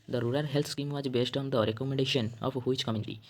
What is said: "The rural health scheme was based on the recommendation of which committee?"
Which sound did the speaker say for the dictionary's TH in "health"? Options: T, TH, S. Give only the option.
T